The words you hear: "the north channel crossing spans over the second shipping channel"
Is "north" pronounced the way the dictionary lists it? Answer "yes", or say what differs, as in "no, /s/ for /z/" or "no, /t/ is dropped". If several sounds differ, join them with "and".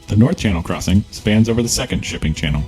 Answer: yes